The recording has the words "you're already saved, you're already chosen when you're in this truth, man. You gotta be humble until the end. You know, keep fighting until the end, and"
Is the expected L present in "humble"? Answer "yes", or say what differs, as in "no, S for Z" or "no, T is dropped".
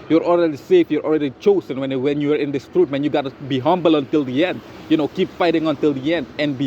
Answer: yes